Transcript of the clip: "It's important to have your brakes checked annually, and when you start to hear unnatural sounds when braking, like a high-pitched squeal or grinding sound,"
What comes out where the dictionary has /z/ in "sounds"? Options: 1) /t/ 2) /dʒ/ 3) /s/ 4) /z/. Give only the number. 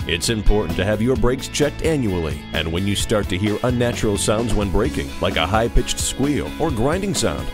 4